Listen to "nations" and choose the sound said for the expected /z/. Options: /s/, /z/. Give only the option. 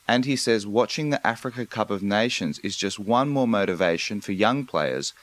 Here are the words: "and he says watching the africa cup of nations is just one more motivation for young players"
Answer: /z/